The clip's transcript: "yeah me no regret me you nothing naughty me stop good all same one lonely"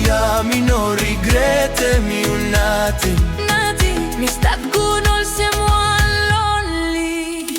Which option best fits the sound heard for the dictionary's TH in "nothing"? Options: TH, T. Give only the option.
T